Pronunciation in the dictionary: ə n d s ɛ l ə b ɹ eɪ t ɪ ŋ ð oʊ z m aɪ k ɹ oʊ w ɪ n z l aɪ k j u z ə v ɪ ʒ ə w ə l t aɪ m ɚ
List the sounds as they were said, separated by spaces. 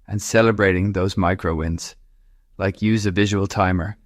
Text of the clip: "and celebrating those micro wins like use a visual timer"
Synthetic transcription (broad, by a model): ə n s ɛ l ə b ɹ eɪ t ɪ ŋ ð oʊ z m aɪ k ɹ oʊ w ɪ n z l aɪ k j u z ə v ɪ ʒ ə w ə l t aɪ m ɚ